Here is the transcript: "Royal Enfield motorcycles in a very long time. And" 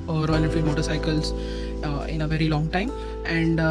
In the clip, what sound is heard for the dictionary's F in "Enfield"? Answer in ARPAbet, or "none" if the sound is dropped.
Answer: none